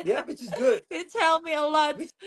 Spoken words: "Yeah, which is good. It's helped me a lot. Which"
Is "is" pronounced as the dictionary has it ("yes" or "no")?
yes